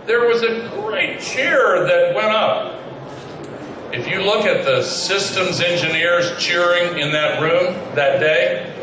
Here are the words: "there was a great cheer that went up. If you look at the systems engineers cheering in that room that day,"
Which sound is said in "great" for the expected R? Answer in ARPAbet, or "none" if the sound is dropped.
R